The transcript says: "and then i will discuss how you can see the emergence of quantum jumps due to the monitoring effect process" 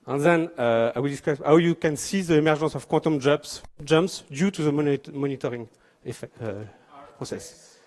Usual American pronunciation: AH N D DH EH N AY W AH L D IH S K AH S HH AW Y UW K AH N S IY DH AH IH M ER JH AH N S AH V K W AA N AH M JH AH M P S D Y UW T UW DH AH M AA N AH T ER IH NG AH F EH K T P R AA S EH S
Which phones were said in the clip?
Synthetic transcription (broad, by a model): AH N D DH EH N AY W AH L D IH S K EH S HH AW Y UW K AH N S IY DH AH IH M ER ZH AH S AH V K W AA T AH M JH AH M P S D Y UW T UW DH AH M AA N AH T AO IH NG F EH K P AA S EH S